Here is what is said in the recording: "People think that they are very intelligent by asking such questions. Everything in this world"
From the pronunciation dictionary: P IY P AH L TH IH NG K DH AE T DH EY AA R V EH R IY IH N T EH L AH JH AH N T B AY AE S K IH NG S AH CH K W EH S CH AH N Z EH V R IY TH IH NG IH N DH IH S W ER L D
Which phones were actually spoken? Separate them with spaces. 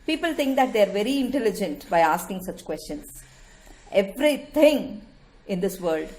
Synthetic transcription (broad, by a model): P IY P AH L T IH NG K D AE T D EY AA R V EH R IY IH N T EH L AH JH AH N T B AY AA S K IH NG S AH CH K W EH S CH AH N S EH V R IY T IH NG IH N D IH S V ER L D